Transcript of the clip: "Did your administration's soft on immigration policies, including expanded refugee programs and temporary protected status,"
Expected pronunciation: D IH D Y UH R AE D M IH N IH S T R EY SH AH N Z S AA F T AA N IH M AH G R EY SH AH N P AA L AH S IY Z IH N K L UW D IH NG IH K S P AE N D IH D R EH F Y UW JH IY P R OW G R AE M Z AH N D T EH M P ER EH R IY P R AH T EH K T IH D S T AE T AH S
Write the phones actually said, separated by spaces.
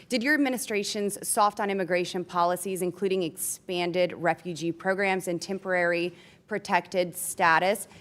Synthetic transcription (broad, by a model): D IH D Y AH R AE D M IH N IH S T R EY SH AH N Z S AA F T N IH M AH G R EY SH AH N P AA L AH S IY Z IH N K L UW D IH NG IH K S P AE N D IH D R EH F Y UW JH IY P R OW G R AE M Z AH N T EH M P ER EH R IY P R AH T EH K T IH D S T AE T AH S